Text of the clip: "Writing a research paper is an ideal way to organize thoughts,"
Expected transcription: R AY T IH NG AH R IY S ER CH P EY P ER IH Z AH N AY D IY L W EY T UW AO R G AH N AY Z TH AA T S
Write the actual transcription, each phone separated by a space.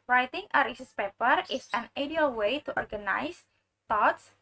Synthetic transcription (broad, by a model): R AY T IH NG AH R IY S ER S P EY P ER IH S AH N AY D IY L W EY T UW AO R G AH N AY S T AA T S